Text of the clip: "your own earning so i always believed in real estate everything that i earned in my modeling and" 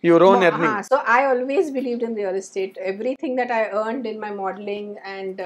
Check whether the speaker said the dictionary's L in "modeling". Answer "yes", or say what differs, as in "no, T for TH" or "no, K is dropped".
yes